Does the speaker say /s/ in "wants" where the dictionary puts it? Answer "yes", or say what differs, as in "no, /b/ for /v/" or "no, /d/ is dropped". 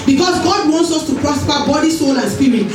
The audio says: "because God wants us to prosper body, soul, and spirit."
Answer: yes